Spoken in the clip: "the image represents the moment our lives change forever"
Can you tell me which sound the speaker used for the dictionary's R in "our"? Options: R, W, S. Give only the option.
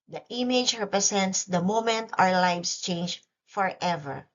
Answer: W